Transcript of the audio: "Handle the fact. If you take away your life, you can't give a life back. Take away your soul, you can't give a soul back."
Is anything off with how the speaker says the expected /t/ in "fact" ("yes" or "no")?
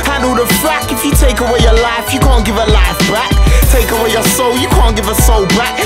yes